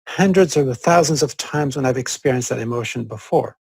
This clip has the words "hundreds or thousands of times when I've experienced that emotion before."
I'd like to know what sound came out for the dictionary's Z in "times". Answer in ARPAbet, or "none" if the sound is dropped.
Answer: Z